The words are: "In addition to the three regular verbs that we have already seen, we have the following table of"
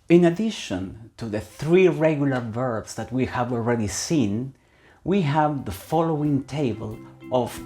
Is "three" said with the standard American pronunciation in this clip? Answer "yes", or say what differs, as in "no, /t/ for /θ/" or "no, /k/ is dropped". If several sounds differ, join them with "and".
yes